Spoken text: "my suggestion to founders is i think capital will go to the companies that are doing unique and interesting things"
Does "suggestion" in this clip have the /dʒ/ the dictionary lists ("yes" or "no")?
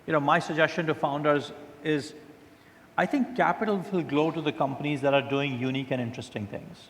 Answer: yes